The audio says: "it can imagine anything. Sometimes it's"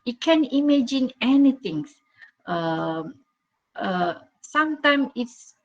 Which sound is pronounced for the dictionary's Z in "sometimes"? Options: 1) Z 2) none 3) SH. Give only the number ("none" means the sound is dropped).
2